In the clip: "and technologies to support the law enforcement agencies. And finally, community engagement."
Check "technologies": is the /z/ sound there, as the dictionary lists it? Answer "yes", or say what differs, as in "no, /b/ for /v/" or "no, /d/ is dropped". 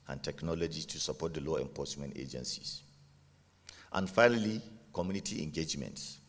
no, /z/ is dropped